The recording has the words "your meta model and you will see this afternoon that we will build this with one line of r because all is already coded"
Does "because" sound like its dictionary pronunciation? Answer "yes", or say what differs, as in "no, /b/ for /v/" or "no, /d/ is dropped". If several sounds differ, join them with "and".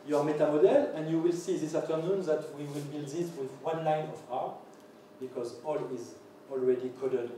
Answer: yes